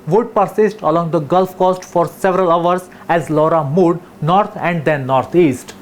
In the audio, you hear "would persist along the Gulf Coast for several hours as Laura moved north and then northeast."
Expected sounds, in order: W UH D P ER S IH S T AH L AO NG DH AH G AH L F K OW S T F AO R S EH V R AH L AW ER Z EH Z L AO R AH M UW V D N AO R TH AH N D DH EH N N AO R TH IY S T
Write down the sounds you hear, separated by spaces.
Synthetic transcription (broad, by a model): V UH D P ER S IH S T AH L AO NG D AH G AH L F K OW S T F AO R S EH V R AH L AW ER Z EH Z L AO R AH M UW D N AO R T AH N D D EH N N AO R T IY S T